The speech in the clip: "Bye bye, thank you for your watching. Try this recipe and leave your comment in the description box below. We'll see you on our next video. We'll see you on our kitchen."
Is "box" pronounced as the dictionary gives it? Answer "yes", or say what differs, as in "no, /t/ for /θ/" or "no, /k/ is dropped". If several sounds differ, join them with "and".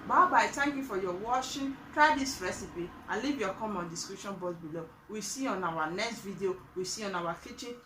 no, /k/ is dropped